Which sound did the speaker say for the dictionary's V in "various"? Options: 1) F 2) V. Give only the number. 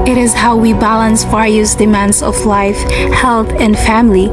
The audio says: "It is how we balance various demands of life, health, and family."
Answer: 1